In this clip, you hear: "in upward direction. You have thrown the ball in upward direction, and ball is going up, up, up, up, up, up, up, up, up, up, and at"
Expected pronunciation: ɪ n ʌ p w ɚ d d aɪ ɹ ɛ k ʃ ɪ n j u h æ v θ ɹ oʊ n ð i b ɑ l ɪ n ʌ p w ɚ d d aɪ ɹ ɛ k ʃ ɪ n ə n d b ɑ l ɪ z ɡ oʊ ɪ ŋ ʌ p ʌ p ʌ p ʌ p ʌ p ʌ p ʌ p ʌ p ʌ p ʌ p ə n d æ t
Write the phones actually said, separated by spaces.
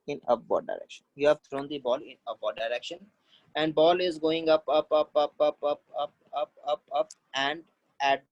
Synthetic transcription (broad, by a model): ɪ n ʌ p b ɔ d d aɪ ɹ ɛ k ʃ ɪ n j u h æ v t ɹ oʊ n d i b ɑ l ɪ n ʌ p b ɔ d d aɪ ɹ ɛ k ʃ ɪ n ə n d b ɑ l ɪ z ɡ oʊ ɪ ŋ ʌ p ʌ p ʌ p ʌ p ʌ p ʌ p ʌ p ʌ p ʌ p ʌ p ə n d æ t